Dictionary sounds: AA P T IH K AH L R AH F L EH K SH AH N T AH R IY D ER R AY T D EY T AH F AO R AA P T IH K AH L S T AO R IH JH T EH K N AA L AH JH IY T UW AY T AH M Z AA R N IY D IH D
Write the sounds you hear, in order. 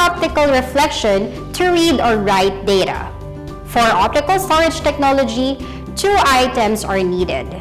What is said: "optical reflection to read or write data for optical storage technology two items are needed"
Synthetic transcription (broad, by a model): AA P T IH K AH L R AH F L EH K SH AH N T AH R IY D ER R AY T D EY T AH F AO R AA P T IH K AH L S T AO R IH JH T EH K N AA L AH JH IY T UW AY T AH M S AA R N IY D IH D